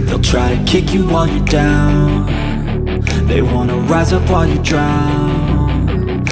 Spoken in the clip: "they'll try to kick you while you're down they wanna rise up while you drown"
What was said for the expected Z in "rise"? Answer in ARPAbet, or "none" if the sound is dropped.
Z